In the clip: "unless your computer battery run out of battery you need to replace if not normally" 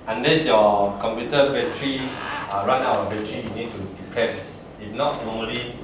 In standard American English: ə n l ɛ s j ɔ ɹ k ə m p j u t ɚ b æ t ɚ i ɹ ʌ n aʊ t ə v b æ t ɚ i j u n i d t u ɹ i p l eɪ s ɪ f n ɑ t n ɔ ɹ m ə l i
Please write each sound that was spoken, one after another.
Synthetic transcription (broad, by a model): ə n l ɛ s j ɔ k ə m p j u t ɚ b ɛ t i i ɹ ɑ n aʊ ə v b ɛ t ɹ i j u n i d t u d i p eɪ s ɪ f n ɑ t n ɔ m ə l i